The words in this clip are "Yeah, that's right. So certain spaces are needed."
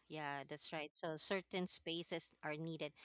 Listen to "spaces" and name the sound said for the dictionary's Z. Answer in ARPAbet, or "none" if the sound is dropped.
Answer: S